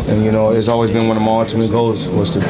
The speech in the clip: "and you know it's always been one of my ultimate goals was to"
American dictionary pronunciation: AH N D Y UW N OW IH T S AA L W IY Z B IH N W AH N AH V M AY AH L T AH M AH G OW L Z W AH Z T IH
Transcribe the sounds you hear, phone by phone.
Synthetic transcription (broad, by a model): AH N Y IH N OW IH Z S AA L W IY Z B IH N W AH N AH M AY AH T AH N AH G OW Z W AH Z T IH